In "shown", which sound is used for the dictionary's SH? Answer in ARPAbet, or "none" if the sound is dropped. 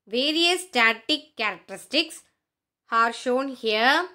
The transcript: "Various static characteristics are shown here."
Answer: SH